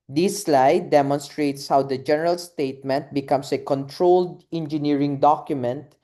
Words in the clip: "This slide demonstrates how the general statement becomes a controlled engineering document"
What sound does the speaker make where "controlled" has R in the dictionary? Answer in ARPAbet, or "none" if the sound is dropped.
R